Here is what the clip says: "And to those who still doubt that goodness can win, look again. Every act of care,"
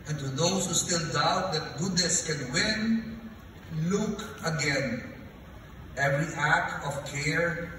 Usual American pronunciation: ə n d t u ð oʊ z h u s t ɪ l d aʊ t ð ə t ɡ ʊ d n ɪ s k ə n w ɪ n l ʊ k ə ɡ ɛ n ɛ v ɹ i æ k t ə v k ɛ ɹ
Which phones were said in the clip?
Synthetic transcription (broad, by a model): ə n t u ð oʊ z h u s t ɪ l d aʊ t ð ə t ɡ ʊ d n ɪ s k ə n w ɪ n l ʊ k ə ɡ ɛ n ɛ v ɹ i æ k t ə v k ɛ ɹ